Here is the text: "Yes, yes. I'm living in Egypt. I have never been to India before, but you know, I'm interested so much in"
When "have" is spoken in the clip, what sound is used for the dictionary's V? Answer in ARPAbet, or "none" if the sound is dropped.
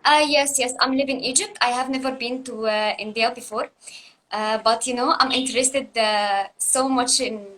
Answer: V